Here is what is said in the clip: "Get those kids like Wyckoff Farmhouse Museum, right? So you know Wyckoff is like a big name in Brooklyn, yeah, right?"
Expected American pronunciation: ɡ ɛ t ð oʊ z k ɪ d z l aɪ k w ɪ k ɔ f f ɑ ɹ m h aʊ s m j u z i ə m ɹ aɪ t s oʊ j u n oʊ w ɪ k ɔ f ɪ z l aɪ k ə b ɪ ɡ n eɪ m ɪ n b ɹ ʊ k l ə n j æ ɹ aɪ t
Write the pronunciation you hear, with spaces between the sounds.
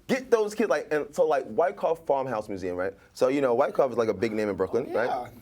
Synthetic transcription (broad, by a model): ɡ ɛ t ð oʊ z k ɪ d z l aɪ k w ɪ k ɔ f f ɑ ɹ m h aʊ s m j u z i ə m ɹ aɪ t s oʊ j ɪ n oʊ w ɪ k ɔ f ɪ z l aɪ k ə b ɪ ɡ n eɪ m ɪ n b ɹ ʊ k l ə n ɹ aɪ t